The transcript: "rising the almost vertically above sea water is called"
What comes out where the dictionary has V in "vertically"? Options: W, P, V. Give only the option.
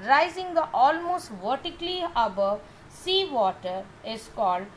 V